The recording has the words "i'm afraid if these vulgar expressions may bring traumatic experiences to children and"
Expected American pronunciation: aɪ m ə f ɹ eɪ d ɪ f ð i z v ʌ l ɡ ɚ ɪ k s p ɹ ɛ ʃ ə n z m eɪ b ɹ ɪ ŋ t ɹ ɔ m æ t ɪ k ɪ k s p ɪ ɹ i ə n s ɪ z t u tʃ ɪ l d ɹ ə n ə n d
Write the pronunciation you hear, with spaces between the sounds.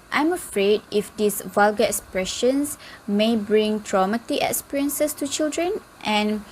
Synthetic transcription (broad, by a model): aɪ m ə f ɹ eɪ d ɪ f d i s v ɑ l ɡ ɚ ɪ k s p ɹ ɛ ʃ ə n s m eɪ b ɹ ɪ ŋ t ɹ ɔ m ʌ t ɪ ɪ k s p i ɹ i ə n s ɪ s t u tʃ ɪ l d ɹ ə n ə n